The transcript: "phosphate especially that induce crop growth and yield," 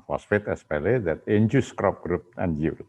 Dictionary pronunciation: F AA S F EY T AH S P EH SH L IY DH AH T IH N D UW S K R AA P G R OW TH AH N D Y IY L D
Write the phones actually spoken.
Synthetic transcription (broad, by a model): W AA S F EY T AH S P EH L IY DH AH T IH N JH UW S K R AA P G R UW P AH N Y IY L